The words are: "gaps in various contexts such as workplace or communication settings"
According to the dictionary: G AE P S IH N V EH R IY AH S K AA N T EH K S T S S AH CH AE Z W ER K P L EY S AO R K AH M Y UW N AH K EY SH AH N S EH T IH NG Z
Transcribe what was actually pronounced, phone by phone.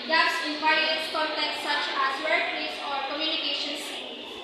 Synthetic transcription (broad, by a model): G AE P S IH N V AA IY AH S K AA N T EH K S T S S AH CH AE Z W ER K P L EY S AO R K AH M Y UW N AH K EY SH AH N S